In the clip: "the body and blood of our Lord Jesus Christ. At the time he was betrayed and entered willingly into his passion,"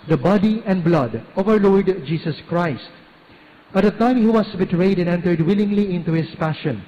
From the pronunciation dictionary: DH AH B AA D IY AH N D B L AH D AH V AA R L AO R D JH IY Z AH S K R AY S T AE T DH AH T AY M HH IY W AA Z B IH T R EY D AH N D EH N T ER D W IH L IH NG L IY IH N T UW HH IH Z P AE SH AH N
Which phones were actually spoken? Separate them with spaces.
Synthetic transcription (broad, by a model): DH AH B AA D IY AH N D B L AH D AH V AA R L AO R D JH IY S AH S K R AY S T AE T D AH T AY M HH IY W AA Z B IH T R EY D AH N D EH N T ER D W IH L IH NG L IY IH N T UW HH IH S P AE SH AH N